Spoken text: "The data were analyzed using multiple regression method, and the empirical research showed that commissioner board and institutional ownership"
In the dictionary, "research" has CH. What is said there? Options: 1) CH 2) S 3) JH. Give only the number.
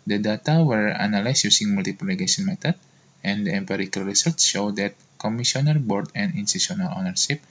2